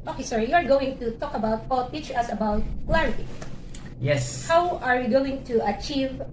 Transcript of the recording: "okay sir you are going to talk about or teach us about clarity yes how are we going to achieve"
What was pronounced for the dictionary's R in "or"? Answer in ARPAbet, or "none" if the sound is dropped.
L